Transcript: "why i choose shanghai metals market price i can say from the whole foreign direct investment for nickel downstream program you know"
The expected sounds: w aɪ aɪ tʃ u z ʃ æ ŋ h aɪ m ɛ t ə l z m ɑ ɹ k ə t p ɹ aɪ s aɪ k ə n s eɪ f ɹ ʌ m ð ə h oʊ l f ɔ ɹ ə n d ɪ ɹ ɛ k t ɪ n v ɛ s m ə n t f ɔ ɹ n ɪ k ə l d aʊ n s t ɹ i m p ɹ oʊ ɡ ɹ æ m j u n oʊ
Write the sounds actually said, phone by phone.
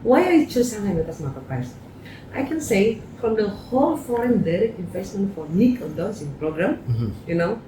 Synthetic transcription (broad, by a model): w aɪ aɪ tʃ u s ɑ h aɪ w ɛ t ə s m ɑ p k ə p aɪ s aɪ k ə n s eɪ f ɹ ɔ m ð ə h oʊ l f ɔ ɹ ə n d ɪ ɹ ɛ k t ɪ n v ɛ s m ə n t f ɔ ɹ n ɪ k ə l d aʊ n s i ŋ p ɹ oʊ ɡ ɹ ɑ m j u n oʊ